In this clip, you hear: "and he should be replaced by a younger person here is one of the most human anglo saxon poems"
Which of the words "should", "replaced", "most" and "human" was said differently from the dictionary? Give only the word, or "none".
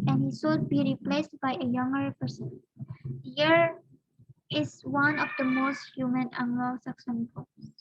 should